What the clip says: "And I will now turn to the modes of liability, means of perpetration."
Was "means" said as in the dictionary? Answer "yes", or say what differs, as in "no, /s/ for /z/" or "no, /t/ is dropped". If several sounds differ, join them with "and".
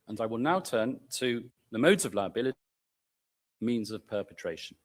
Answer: yes